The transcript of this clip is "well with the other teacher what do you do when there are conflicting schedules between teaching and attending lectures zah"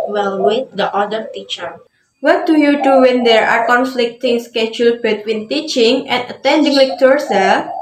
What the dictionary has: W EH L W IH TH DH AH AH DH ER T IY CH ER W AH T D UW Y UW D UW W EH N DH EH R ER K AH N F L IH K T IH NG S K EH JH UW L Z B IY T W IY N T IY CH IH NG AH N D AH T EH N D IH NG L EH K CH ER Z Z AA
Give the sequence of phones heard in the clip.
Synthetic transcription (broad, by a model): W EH L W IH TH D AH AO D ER T IY CH ER W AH T D UW Y UW D UW W EH N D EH R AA K AH N F L IH K T IH NG S K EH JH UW L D B IY T W IY N T IY CH IH NG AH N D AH T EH N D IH NG L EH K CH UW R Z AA